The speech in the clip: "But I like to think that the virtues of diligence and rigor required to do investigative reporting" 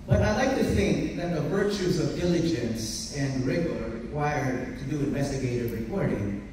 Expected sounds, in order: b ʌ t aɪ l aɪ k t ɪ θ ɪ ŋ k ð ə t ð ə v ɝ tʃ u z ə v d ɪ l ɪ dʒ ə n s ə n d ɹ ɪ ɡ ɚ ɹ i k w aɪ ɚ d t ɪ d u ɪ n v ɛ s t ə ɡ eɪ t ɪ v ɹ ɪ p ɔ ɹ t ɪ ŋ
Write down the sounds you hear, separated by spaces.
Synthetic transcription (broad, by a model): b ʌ t aɪ l aɪ k t ɪ θ ɪ ŋ k ð ə t ð ə v ɝ tʃ u z ə v d ɪ l ɪ dʒ ə n s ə n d ɹ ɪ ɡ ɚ ɹ i k w aɪ ɚ d t ɪ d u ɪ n v ɛ s t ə ɡ eɪ t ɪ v ɹ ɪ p ɔ ɹ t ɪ ŋ